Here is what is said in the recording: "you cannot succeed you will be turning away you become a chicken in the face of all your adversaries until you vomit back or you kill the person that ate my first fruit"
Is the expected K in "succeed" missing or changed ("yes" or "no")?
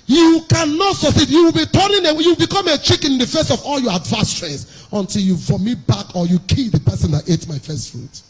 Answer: yes